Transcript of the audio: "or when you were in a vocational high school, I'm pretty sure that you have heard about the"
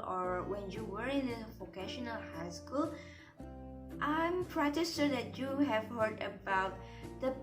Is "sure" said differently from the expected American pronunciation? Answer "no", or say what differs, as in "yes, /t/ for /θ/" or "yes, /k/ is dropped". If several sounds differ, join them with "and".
yes, /s/ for /ʃ/